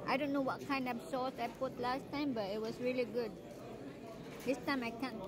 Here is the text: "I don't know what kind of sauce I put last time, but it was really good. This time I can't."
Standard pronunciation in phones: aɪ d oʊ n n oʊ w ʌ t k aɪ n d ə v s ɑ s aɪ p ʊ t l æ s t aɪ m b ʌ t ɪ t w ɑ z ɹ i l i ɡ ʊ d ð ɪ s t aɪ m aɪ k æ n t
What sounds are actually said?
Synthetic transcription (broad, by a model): aɪ d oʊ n n oʊ w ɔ t k aɪ n d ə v s ɑ s aɪ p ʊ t l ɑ s t aɪ m b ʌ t ɪ t w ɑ s ɹ i l i ɡ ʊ d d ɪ s t aɪ m aɪ k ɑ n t